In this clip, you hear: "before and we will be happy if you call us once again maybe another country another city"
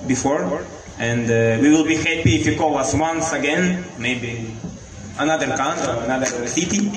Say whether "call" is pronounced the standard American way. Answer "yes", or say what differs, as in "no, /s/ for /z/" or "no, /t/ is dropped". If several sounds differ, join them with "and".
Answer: no, /w/ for /l/